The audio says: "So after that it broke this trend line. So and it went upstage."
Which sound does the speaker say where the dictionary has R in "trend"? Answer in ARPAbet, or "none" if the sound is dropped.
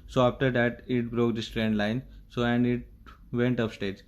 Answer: R